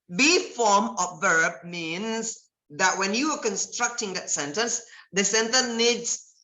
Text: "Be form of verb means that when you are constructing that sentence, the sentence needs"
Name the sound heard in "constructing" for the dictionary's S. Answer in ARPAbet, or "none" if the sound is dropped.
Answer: S